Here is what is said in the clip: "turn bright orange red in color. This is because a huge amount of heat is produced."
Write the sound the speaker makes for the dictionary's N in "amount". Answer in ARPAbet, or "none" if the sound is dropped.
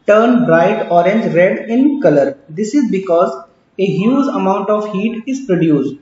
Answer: N